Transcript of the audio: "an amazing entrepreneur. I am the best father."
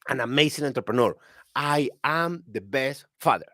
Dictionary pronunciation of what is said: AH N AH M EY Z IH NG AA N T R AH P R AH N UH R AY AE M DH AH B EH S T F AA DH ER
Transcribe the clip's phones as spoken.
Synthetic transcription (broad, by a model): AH N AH M EY S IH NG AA N T R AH P R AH N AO R AY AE M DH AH B EH S T F AA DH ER